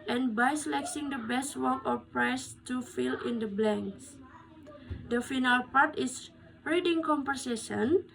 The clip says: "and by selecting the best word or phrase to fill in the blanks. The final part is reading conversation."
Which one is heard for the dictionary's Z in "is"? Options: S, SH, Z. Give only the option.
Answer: S